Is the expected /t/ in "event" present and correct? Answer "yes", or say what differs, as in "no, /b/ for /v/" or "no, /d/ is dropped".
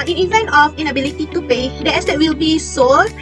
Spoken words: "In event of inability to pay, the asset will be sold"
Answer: no, /t/ is dropped